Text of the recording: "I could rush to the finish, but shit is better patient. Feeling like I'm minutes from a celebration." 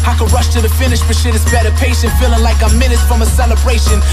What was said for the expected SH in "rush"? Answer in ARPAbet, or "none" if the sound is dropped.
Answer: SH